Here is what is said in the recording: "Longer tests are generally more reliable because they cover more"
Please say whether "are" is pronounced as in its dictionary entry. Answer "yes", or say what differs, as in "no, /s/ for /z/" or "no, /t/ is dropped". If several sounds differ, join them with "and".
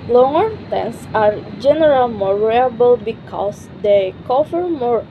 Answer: yes